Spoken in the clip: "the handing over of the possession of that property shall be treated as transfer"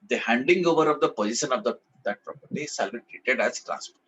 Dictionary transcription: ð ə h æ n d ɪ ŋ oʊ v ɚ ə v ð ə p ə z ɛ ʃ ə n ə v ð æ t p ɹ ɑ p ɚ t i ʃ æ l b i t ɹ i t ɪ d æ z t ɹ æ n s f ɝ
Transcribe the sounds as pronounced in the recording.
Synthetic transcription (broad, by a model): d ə h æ n d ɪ ŋ oʊ v ɚ ə v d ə p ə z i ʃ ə n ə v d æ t p ɹ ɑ p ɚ t i s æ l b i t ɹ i t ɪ d æ z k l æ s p